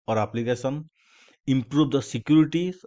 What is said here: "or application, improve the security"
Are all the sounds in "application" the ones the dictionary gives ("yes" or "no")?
no